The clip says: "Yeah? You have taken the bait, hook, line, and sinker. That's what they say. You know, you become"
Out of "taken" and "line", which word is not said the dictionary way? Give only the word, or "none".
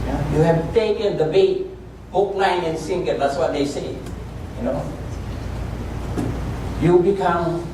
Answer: line